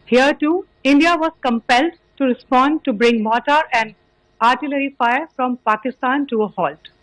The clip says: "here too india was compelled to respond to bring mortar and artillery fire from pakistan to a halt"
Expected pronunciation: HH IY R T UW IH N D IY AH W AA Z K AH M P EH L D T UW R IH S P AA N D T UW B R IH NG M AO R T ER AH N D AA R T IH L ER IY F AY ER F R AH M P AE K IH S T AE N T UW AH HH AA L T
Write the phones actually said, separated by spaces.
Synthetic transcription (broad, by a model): HH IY R T UW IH N D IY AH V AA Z K AH M P EH L D T UW R IH S P AA N D T UW B R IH NG M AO T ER AH N D AA R T IH L ER IY F AY ER F R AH M P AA K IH S T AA N T UW AH HH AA L T